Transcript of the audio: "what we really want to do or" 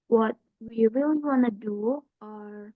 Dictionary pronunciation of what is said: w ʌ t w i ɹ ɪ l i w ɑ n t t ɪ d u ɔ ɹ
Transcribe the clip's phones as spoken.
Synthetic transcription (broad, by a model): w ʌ t w i w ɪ l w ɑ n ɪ d u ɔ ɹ